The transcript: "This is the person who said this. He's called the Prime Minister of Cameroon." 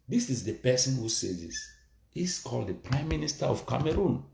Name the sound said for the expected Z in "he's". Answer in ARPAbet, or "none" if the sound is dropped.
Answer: S